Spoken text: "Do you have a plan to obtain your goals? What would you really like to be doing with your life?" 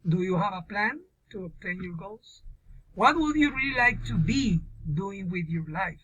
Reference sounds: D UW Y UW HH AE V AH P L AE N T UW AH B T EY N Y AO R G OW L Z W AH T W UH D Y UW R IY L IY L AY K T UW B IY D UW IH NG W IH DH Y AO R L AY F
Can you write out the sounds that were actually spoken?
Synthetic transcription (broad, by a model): D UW Y UW HH AE V AH P L AE N T UW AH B T EY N Y AO R G OW L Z W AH T W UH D Y UW R IY L IY L AY K T UW B IY D UW IH NG W IH DH Y AO R L AY F